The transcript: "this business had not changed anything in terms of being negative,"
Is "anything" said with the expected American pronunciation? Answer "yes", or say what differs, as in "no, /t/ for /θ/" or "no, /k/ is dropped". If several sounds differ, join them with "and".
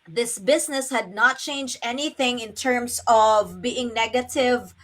yes